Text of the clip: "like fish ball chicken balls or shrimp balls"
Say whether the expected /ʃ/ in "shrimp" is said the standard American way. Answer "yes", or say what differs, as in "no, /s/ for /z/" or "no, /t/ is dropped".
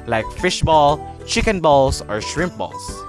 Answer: yes